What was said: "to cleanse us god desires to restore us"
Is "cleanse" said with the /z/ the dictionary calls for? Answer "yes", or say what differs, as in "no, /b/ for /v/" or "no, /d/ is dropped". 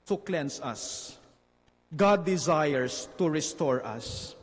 no, /s/ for /z/